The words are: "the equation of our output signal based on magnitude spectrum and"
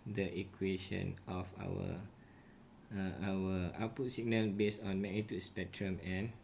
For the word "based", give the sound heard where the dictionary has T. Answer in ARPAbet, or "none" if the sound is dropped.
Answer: none